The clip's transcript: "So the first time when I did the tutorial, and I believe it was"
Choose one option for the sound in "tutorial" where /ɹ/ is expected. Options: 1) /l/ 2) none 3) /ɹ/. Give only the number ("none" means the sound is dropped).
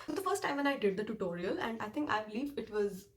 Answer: 3